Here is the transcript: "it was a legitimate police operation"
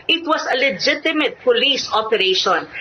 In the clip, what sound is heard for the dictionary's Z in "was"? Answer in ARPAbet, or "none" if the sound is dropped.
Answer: S